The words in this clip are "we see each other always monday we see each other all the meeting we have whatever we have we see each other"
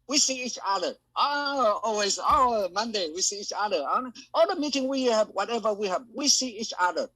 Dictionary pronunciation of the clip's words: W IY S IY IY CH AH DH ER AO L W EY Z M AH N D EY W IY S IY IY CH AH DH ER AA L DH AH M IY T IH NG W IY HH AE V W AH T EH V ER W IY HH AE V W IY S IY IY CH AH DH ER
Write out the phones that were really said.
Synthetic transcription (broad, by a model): W IY S IY IY CH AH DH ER AO L W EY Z M AH N D EY W IY S IY IY CH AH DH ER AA N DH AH M IY T IH NG W IY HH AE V W AH T EH V ER W IY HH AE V W IY S IY IY CH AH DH ER